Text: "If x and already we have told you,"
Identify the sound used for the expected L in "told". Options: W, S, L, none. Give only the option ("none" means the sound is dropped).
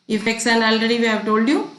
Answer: L